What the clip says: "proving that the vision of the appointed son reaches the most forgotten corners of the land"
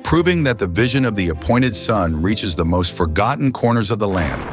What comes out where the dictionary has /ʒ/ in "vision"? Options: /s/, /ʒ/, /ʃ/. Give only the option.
/ʒ/